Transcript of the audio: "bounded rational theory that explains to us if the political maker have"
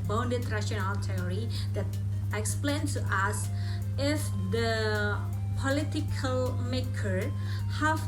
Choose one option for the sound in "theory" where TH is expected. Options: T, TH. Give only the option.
T